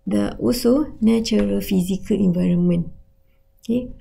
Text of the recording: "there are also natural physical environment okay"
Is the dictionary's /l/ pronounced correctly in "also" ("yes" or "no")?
no